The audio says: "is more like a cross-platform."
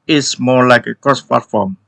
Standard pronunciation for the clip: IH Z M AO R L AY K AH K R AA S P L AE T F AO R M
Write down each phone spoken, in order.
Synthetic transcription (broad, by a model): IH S M AO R L AY K AH K R AA S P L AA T F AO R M